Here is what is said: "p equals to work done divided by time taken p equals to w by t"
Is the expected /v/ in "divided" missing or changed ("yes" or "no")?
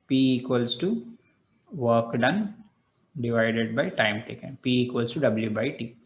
no